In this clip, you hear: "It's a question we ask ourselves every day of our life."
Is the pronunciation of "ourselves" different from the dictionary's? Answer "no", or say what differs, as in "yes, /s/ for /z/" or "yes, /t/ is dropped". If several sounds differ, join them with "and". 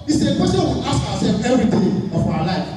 yes, /w/ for /ɹ/ and /z/ is dropped